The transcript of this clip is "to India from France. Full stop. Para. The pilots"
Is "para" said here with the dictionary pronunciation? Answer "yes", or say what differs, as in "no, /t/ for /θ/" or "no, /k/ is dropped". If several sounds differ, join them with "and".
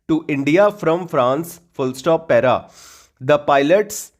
yes